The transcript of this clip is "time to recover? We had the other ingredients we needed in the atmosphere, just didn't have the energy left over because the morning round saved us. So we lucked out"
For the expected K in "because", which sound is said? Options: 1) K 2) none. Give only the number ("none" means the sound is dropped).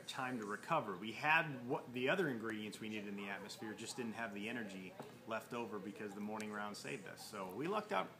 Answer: 1